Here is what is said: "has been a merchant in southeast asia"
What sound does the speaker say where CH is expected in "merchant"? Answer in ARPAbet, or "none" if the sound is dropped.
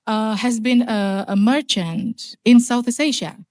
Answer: CH